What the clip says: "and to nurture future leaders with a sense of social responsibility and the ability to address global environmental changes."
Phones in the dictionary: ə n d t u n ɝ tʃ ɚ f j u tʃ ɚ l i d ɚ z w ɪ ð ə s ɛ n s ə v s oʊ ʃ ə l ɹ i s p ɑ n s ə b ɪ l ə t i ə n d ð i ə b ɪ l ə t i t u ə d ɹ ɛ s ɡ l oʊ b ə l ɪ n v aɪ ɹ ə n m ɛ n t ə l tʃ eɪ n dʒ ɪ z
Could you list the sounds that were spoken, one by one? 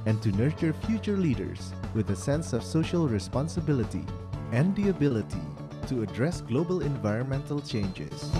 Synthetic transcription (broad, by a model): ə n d t u n ɝ tʃ ɚ f j u tʃ ɚ l i d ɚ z w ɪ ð ə s ɛ n s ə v s oʊ ʃ ə l ɹ i s p ɑ n s ə b ɪ l ə t i ə n d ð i ə b ɪ l ə t i t u ə d ɹ ɛ s ɡ l oʊ b ə l ɪ n v aɪ ɹ ə n m ɛ n t ə l tʃ eɪ n dʒ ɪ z